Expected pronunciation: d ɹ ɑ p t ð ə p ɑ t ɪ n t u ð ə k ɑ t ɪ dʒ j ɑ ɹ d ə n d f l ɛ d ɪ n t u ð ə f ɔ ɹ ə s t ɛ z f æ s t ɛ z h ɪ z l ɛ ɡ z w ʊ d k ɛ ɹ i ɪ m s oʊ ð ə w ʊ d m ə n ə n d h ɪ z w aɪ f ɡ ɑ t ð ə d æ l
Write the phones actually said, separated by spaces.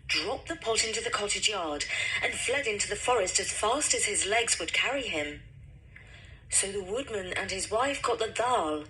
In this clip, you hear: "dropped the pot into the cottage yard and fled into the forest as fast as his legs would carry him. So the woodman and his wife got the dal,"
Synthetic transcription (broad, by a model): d ɹ ɑ p ð ə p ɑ t ɪ n t u ð ə k ɑ t ɪ dʒ j ɑ ɹ d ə n f l ɛ d ɪ n t u ð ə f ɔ ɹ ə s t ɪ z f æ s t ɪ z ɪ z l ɛ ɡ z w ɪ d k ɛ ɹ i ɪ m s oʊ ð ə w ʊ d m ə n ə n ɪ z w aɪ f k ɑ t ð ə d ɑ l